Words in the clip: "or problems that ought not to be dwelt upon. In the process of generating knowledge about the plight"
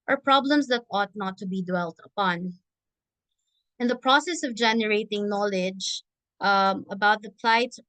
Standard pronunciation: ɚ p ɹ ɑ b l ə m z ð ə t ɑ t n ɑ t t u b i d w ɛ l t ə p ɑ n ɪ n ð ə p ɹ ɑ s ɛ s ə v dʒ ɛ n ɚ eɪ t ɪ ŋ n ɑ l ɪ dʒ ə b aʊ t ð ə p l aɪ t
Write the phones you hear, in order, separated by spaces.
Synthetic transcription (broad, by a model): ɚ p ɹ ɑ b l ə m s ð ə t ɑ t n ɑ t t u b i d w ɛ l t ə p ɑ n ɪ n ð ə p ɹ ɑ s ɛ s ə v dʒ ɛ n ɚ eɪ t ɪ ŋ n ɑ l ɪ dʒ ə b aʊ t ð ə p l aɪ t